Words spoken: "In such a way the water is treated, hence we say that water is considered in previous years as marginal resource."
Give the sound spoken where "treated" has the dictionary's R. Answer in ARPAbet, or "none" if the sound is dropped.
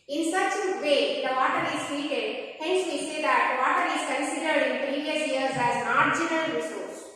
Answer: none